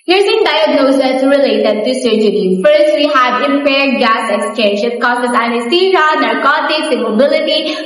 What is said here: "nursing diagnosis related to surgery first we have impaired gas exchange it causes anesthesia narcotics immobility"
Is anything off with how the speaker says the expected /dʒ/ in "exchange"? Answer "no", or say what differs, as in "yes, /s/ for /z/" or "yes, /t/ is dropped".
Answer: yes, /ʃ/ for /dʒ/